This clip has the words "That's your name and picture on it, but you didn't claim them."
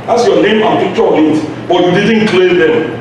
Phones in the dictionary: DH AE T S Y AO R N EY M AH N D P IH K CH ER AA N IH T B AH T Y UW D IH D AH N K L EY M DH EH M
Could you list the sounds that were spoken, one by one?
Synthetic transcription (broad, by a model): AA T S Y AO N EY M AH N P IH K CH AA L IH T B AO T Y UW D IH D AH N K L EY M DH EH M